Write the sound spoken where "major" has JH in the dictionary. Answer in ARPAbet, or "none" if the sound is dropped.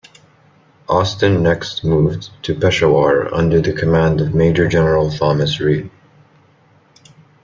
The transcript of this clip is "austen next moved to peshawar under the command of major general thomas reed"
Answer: JH